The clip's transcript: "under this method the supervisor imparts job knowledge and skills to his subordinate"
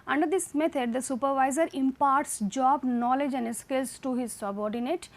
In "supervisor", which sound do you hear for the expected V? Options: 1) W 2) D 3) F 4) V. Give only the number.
4